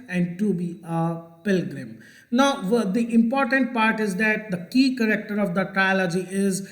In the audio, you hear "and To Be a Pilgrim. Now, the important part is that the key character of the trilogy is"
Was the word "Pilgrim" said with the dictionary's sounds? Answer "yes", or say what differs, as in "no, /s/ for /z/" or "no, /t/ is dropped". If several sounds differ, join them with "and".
yes